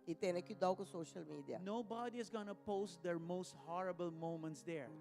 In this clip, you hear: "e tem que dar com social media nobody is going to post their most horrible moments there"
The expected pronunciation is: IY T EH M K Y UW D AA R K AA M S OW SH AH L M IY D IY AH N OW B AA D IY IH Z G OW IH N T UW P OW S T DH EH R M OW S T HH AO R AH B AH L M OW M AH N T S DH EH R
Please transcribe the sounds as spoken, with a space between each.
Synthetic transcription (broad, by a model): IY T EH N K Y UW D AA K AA S OW SH AH L M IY D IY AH N OW B AA D IY IH Z G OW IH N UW P OW S T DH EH R M OW S T HH AO R AH B AH L M OW M AH N T S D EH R